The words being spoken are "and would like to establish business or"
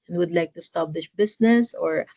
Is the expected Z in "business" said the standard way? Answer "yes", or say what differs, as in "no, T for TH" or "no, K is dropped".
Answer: no, S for Z